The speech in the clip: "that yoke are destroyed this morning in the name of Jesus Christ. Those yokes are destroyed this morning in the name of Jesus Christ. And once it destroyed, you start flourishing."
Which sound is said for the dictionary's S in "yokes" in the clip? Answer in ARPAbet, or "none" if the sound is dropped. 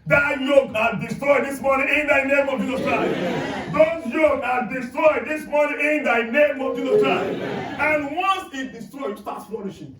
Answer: none